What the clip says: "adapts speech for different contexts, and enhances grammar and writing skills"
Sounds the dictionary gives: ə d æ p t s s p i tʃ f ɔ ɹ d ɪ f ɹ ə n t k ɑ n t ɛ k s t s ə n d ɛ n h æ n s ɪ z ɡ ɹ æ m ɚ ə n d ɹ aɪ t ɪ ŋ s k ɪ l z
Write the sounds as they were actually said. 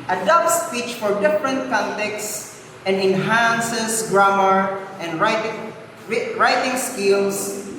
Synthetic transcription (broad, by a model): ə d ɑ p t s s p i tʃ f ɔ ɹ d ɪ f ɹ ə n t k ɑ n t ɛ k t s ə n d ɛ n h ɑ n s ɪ s ɡ ɹ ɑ m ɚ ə n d ɹ aɪ t ɪ ŋ s k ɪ l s